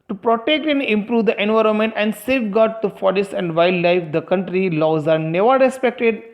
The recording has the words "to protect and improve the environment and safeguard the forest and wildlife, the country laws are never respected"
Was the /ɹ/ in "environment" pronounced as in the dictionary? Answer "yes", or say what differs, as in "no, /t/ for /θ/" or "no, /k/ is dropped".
yes